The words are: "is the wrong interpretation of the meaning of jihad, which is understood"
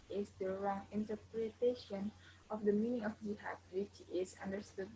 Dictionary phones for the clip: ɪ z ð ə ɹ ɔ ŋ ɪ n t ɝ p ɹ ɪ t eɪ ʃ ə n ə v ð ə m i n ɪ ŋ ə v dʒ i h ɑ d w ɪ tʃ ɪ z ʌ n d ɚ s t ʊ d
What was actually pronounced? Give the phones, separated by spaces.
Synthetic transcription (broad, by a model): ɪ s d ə ɹ ɔ ŋ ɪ n t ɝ p ɹ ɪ t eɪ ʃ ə n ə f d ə m i n ɪ ŋ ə f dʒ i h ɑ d w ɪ tʃ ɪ s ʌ n d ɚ s t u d